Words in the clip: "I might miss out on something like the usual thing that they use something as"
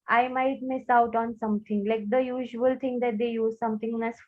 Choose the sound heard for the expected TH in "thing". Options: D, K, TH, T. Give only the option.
T